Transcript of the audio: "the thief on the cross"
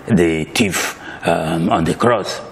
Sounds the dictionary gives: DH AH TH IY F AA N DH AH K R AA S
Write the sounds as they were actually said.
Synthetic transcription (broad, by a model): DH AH T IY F AA N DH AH K R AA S